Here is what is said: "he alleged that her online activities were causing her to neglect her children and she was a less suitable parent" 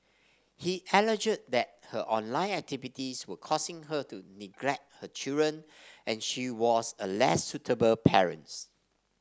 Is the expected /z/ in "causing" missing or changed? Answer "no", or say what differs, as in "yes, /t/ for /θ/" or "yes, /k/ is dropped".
yes, /s/ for /z/